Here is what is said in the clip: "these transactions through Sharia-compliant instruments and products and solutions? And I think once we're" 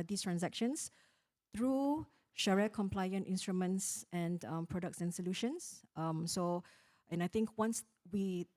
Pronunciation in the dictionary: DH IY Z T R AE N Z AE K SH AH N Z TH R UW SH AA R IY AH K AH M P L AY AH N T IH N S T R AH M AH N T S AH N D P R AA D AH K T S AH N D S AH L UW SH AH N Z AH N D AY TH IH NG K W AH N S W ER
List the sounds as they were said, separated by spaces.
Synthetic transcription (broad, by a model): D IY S T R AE N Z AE K SH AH N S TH R UW SH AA R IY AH K AH M P L AY AH N T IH N S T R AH M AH N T S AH N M P R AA D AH K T S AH N S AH L UW SH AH N S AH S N AY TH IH NG K W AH N S W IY